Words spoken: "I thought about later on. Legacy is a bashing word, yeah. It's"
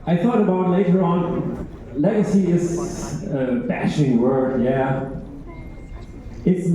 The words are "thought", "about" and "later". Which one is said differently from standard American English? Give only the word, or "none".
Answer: none